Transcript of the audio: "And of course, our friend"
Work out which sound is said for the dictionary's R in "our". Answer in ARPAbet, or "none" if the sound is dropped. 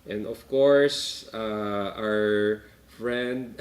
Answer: R